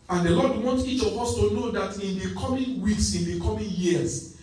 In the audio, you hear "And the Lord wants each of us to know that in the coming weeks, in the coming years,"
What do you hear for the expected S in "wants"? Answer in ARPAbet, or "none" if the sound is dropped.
none